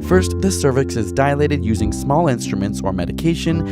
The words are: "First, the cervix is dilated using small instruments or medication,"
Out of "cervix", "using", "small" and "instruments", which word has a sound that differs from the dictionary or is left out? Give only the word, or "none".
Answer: none